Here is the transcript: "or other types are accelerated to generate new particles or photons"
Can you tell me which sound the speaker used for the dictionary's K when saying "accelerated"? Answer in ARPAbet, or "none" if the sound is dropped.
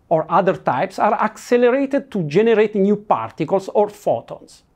K